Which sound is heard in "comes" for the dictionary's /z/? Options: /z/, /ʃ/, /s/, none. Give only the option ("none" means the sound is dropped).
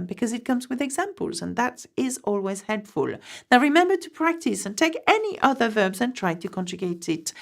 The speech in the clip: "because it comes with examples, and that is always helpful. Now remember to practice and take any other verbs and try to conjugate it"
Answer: /z/